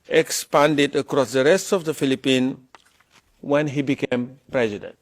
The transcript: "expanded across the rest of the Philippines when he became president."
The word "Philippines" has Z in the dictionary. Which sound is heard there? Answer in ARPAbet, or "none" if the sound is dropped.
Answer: none